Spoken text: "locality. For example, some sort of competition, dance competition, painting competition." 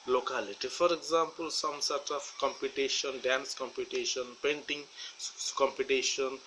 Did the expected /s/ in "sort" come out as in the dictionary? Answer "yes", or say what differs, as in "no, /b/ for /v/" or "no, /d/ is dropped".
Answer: yes